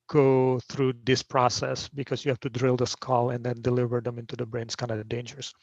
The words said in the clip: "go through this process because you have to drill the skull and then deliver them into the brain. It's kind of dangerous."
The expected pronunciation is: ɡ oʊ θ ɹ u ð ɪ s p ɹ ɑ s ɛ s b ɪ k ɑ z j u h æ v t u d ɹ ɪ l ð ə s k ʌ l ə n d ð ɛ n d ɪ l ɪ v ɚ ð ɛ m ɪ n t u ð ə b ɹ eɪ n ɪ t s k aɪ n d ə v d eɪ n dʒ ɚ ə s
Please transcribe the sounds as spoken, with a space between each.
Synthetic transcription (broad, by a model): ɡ oʊ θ ɹ u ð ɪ s p ɹ ɑ s ɛ s b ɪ k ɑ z j u h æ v t u d ɹ ɪ l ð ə s k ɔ l ə n d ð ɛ n d ɪ l ɪ v ɚ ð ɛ m ɪ n t u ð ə b ɹ eɪ n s k aɪ n d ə d eɪ n dʒ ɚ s